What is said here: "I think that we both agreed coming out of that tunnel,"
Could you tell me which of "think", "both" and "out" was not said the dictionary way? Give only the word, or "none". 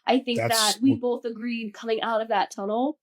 none